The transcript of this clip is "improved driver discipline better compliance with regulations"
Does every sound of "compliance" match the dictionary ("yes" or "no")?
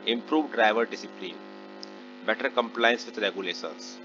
yes